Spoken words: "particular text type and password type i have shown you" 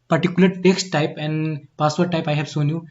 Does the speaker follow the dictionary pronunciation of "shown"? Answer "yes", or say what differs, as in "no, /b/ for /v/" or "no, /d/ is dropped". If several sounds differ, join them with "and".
no, /s/ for /ʃ/